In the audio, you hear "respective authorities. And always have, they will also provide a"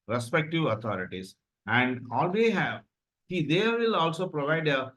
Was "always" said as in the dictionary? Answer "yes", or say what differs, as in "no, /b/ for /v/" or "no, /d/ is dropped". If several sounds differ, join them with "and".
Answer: no, /z/ is dropped